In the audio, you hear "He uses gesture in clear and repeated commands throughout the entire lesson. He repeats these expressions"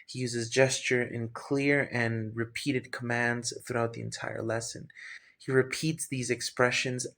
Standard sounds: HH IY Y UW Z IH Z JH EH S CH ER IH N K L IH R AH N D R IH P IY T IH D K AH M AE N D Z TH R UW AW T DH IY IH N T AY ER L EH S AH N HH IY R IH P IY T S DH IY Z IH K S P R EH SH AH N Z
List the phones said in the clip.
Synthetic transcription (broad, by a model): HH IY Y UW Z IH Z JH EH S CH ER IH N K L IH R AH N R IH P IY T IH D K AH M AE N D Z TH R UW AW T DH IY IH N T AY ER L EH S AH N HH IY R IH P IY T S DH IY Z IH K S P R EH SH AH N Z